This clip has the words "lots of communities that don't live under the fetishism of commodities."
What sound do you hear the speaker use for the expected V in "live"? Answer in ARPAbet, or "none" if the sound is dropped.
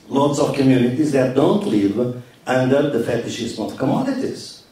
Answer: V